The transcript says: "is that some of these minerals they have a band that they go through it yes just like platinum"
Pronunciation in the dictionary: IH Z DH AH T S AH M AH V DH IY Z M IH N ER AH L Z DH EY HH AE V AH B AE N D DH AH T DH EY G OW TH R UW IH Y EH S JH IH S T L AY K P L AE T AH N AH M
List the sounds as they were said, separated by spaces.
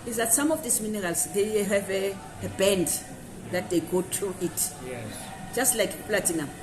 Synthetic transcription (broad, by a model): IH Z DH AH T S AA M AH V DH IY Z M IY N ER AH L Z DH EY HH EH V AH B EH N D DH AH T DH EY G OW T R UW IH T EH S JH IH S T L AY K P L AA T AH N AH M